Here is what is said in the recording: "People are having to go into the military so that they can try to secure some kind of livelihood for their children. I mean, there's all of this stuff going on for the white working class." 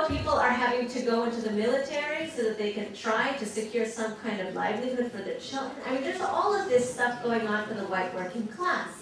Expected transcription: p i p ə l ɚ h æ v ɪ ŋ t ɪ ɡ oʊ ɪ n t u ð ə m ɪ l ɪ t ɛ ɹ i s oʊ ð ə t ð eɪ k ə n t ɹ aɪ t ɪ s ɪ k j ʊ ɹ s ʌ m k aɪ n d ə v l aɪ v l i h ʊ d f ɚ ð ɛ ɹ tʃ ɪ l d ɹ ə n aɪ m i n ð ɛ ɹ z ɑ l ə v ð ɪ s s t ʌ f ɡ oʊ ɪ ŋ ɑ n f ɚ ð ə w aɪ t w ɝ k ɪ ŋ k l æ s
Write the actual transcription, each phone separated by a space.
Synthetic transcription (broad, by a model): p i p l ɚ h æ v ɪ ŋ t ɪ ɡ oʊ ɪ n t u ð ə m ɪ l ɪ t ɛ ɹ i s oʊ ð ə t ð eɪ k ə n t ɹ aɪ t ɪ s ɪ k j ʊ ɹ s ʌ m k aɪ n d ə v l aɪ v l i h ʊ d f ɚ ð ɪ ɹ tʃ ɪ l d ɹ ə n aɪ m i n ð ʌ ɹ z ɑ l ə v ð ɪ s s t ʌ f ɡ oʊ ɪ ŋ ɑ n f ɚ ð ə w aɪ t w ɝ k ɪ ŋ k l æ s